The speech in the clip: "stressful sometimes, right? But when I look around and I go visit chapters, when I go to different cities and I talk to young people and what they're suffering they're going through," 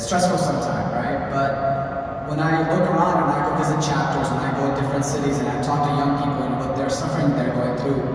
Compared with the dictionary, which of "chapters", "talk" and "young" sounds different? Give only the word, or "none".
none